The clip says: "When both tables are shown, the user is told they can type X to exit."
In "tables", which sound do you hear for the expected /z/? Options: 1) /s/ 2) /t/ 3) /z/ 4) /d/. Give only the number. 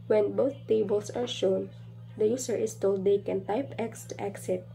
1